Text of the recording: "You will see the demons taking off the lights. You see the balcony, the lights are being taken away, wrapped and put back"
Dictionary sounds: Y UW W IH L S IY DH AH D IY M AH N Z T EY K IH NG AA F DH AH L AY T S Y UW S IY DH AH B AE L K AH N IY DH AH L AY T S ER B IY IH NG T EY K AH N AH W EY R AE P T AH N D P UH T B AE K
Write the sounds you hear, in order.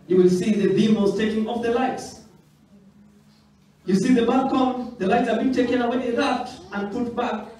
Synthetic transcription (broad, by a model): Y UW W IH L S IY DH AH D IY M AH Z T EY K IH NG AA F DH AH L AY T S Y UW S IY DH AH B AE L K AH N DH AH L AY T S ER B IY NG T EY K AH N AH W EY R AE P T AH N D P UH T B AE K